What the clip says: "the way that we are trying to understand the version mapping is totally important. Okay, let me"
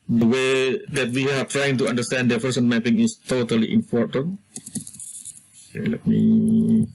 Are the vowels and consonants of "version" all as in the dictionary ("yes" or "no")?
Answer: no